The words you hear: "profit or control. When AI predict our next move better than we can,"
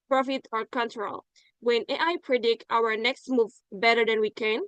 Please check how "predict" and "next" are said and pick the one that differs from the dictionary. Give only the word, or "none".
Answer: none